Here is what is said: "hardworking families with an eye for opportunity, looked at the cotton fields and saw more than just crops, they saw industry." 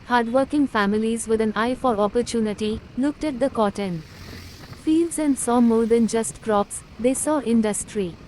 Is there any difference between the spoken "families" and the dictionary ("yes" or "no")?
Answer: no